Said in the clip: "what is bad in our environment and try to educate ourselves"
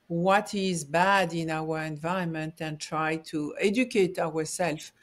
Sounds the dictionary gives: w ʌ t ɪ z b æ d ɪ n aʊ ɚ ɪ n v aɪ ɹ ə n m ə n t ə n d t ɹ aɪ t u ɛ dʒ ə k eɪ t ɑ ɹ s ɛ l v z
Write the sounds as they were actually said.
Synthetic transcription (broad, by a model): w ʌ t ɪ z b æ d ɪ n aʊ ɚ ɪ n v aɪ ə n m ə n t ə n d t ɹ aɪ t u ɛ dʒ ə k eɪ t ɑ ɹ s ɛ l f